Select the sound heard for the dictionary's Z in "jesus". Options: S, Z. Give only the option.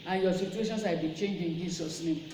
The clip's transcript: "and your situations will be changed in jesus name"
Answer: S